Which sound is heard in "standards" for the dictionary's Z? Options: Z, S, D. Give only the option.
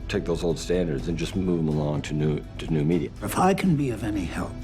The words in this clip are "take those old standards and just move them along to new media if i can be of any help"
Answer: Z